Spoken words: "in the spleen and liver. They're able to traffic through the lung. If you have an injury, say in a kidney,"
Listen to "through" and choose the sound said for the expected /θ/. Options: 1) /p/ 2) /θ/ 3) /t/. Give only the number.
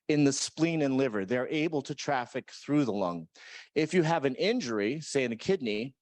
2